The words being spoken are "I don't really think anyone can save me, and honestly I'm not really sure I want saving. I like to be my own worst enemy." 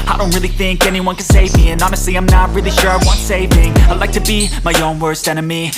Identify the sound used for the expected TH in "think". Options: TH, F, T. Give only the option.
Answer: TH